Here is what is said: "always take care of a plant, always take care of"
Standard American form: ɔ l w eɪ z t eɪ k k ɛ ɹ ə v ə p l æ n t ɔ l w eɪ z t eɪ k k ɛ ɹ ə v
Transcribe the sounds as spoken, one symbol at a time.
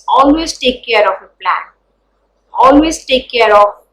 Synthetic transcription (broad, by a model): ɔ l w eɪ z t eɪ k k ɛ ɹ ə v ə p l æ n ɔ l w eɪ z t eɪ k k ɛ ɹ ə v